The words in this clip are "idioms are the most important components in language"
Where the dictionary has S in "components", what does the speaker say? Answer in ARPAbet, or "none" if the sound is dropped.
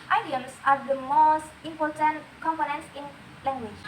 none